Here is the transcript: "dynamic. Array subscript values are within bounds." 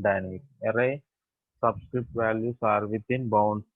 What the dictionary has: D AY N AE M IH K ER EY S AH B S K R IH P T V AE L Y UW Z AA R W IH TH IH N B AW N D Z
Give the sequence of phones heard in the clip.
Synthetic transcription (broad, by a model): D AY N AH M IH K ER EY S AH B S K R IH P T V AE L Y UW S AA R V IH T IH N B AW N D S